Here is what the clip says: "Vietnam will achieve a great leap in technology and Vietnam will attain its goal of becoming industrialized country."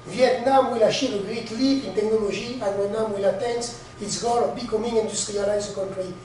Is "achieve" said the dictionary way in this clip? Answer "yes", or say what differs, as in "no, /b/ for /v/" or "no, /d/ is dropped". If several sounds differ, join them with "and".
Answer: no, /ʃ/ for /tʃ/